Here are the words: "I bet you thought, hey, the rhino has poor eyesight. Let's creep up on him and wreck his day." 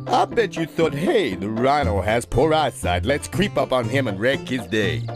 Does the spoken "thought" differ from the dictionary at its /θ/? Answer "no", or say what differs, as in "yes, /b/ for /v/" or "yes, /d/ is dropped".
no